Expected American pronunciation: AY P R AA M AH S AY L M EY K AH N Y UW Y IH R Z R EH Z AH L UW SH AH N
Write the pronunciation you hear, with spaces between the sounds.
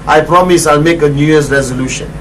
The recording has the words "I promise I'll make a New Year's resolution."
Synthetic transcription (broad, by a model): AY P R AA M AH S AY L M EY K AH N Y UW Y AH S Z R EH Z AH L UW SH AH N